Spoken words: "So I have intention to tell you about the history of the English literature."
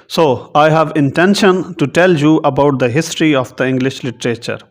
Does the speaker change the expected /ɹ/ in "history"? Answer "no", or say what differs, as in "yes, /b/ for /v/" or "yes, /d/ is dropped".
no